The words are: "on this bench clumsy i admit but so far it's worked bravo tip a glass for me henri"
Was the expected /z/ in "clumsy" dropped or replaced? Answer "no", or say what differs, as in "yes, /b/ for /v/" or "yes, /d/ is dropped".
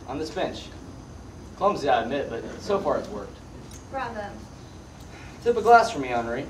no